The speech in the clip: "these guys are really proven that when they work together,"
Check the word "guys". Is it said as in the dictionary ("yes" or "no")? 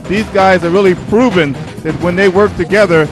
yes